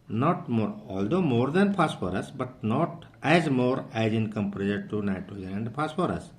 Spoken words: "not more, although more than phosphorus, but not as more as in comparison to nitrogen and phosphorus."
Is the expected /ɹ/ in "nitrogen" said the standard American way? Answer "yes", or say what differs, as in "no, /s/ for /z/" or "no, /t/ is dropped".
no, /ɹ/ is dropped